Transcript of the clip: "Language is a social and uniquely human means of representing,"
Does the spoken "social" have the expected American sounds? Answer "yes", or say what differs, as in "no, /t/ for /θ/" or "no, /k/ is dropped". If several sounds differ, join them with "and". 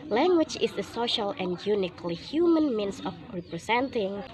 yes